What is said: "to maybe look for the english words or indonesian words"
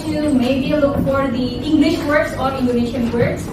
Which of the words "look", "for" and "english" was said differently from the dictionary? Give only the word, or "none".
none